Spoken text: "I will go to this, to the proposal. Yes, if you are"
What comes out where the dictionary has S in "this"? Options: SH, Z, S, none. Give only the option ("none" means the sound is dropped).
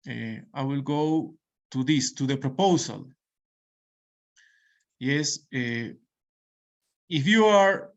S